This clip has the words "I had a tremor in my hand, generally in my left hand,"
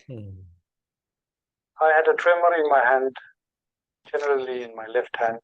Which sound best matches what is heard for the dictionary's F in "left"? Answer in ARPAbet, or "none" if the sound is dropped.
F